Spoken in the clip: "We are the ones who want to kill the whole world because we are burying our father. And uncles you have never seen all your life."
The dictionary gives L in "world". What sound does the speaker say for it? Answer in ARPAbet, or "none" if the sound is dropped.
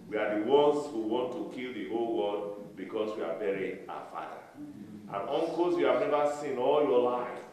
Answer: none